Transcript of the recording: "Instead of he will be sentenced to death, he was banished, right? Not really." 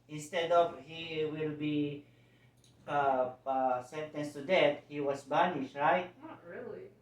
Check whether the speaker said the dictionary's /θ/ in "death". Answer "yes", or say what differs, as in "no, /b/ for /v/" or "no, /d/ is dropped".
no, /t/ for /θ/